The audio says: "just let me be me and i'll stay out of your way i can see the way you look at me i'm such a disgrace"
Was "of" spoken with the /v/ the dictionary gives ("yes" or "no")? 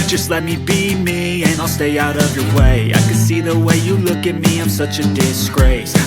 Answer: yes